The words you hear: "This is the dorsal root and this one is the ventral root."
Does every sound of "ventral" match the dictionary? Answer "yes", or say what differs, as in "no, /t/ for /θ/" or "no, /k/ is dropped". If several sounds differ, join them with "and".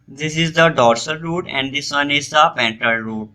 no, /p/ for /v/ and /ɹ/ is dropped